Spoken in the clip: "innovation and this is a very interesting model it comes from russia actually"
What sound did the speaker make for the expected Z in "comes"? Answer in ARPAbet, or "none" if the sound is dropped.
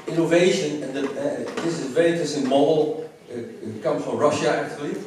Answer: none